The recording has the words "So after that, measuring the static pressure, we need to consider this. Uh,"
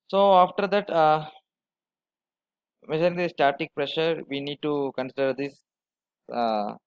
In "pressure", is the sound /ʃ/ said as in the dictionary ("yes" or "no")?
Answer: yes